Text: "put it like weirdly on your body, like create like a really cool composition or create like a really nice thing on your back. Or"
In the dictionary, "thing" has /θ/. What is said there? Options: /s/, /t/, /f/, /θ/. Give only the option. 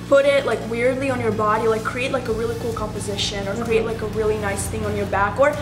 /θ/